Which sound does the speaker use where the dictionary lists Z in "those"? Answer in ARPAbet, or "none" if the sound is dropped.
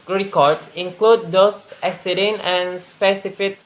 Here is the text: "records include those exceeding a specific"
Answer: S